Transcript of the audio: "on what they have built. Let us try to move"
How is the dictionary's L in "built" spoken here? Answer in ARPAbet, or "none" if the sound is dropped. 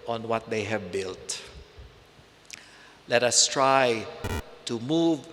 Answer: L